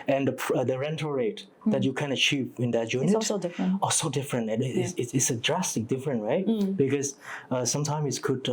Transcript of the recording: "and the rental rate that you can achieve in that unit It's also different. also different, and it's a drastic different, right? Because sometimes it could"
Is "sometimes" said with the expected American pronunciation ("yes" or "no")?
no